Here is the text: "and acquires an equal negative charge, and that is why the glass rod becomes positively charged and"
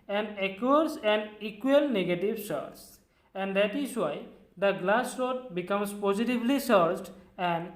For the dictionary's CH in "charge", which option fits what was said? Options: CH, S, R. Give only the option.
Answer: S